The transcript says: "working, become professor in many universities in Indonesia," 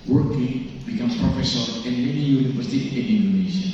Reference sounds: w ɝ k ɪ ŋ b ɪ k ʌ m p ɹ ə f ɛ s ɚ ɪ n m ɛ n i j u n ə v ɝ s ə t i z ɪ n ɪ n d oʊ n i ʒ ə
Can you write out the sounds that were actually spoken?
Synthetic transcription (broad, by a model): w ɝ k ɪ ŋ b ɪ k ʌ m p ɹ ə f ɛ s ɚ ɪ n m ɛ n i j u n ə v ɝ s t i ɪ n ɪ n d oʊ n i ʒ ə